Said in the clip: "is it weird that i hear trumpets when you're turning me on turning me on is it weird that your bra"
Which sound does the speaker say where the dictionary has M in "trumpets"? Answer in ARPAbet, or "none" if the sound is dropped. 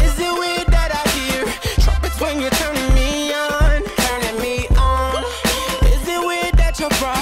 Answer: none